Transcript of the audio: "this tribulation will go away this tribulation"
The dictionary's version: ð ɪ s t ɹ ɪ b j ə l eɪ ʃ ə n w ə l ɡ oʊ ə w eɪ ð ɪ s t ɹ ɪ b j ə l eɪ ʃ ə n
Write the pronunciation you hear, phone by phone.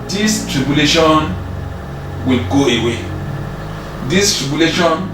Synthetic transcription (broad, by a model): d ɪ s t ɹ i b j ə l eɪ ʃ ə n w ə l ɡ oʊ ə w eɪ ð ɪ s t ɹ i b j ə l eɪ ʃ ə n